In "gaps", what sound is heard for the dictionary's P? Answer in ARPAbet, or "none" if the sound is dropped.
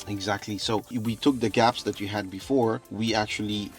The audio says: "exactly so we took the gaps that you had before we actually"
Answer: P